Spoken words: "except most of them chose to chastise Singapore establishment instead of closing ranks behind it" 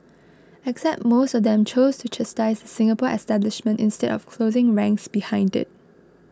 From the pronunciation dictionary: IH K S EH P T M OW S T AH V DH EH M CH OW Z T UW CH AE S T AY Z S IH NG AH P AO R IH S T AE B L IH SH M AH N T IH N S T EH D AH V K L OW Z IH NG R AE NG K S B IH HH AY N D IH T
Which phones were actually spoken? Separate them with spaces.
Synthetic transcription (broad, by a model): IH K S EH P T M OW S T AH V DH EH M CH OW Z T UW CH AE S T AY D S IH NG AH P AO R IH S T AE B L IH SH M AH N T IH N S T EH D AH F K L OW Z IH NG R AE NG K S B IH HH AY N D IH T